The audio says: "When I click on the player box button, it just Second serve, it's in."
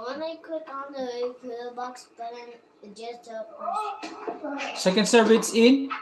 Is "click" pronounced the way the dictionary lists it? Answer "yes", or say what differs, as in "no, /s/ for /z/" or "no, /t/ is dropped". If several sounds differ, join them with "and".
no, /l/ is dropped